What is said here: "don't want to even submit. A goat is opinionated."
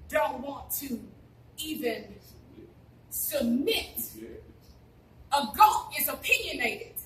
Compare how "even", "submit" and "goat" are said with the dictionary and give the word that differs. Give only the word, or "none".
goat